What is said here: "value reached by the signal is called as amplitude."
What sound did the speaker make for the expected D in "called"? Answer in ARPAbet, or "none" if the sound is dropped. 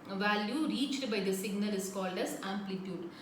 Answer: D